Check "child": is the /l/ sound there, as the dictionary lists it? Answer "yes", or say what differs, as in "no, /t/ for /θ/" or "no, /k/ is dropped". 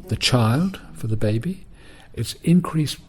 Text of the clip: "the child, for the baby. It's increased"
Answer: yes